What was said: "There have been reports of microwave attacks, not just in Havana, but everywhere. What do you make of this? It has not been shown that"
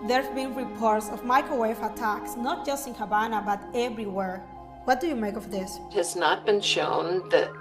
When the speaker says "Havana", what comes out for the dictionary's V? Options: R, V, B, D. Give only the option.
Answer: B